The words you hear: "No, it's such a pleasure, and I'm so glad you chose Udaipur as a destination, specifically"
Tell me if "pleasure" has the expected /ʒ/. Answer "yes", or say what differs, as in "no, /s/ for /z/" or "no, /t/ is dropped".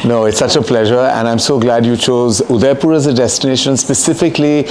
yes